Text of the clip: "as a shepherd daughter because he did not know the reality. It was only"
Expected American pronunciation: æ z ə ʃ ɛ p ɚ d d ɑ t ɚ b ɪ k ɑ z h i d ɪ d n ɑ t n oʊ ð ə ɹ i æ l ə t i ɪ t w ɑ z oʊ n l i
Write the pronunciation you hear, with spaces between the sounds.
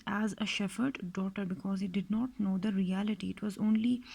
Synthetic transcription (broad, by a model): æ z ə ʃ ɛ f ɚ d d ɑ t ɚ b ɪ k ɑ z h i d ɪ d n ɑ t n oʊ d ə ɹ i æ l ə t i ɪ t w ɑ z oʊ n l i